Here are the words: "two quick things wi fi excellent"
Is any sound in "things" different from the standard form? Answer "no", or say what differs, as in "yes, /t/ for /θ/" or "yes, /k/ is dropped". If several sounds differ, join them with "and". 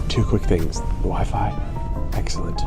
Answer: no